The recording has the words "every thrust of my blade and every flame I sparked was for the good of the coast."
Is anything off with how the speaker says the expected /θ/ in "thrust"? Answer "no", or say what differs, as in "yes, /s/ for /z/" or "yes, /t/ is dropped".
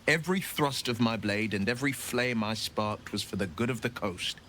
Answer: no